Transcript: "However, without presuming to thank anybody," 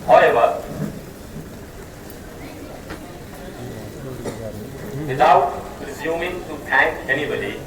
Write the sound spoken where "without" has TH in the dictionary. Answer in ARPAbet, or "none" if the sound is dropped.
T